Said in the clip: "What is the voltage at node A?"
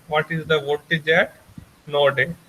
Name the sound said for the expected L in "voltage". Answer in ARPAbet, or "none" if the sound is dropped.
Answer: none